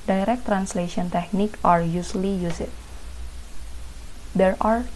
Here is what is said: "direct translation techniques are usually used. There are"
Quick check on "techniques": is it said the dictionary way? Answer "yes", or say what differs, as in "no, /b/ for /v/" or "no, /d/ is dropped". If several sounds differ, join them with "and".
no, /s/ is dropped